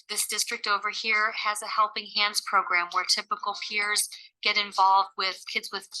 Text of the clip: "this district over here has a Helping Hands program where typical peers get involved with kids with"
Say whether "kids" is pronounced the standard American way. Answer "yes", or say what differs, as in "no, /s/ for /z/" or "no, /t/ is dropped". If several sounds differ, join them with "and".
yes